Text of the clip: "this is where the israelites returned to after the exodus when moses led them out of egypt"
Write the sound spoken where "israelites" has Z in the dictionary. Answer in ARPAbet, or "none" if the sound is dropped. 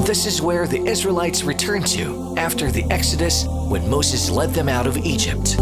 Z